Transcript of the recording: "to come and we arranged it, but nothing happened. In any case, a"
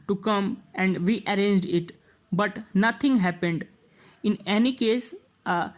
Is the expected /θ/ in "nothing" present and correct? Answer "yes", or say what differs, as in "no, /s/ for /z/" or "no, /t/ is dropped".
no, /t/ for /θ/